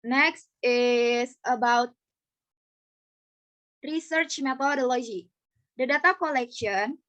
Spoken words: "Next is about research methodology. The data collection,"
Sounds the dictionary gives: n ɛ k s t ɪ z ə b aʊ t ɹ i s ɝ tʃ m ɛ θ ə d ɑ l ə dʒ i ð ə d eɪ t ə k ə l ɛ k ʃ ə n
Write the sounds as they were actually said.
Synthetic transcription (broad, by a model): n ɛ k s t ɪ s ə b aʊ t ɹ i s ɝ tʃ m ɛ t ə d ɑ l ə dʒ i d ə d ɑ t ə k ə l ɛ k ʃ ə n